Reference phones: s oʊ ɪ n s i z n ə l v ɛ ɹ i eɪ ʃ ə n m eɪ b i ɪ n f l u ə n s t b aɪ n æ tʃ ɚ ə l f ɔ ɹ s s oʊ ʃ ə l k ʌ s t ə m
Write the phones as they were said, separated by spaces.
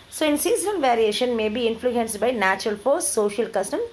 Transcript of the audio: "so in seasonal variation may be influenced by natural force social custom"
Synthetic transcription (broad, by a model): s oʊ ɪ n s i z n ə n v ɛ ɹ i eɪ ʃ ə n m eɪ b i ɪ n f l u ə n s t b aɪ n æ tʃ ɚ ə l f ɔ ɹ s s oʊ ʃ ə l k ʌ s t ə m